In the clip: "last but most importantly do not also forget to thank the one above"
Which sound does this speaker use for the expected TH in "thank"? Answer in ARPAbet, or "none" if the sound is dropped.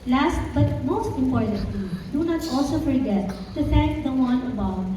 T